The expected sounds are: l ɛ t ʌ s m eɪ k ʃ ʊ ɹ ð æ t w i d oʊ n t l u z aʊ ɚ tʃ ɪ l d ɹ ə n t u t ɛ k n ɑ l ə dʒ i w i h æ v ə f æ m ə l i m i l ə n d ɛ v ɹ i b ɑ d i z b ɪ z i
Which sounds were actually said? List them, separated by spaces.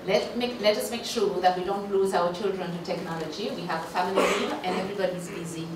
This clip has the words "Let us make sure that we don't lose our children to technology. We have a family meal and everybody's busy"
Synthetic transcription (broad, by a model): l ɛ t ʌ s m eɪ k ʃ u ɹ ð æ t w i d oʊ n t l u z aʊ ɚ tʃ ɪ l d ɹ ə n t u t ɛ k n ɑ l ə dʒ i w i h æ v ə f æ m ə l i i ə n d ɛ v ɹ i b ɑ d i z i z i